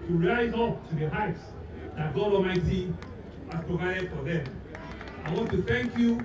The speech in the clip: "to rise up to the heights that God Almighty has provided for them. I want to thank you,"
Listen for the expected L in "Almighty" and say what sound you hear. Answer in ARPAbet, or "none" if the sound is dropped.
none